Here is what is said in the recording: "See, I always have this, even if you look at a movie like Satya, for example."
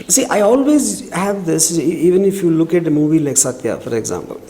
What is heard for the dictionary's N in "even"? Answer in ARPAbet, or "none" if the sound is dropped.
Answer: N